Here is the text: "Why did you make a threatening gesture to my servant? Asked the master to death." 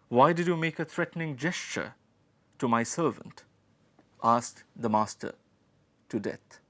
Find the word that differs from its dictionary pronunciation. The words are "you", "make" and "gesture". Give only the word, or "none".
none